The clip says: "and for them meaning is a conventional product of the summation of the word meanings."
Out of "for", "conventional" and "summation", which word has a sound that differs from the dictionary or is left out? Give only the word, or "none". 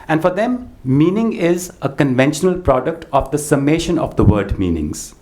none